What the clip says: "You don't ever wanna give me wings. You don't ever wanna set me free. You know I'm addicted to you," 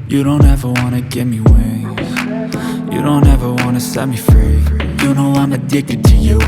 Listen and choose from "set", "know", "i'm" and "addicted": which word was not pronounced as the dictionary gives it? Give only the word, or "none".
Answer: none